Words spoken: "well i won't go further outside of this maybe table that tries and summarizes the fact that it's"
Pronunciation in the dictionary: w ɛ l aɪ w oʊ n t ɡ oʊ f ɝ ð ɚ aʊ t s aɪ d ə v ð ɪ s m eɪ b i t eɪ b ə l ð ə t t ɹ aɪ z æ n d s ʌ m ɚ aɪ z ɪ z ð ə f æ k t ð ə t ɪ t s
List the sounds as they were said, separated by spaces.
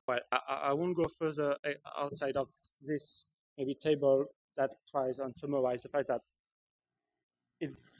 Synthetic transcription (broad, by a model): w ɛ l aɪ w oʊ n ɡ oʊ f ɝ ð ɚ aʊ t s aɪ d ə v ð ɪ s m eɪ b i t eɪ b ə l ð ə t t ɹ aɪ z n s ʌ m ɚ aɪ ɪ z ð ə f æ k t ð ə t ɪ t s